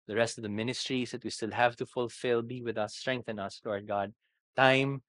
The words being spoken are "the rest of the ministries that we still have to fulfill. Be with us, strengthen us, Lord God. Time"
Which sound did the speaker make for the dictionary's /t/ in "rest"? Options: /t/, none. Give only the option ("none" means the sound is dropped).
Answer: /t/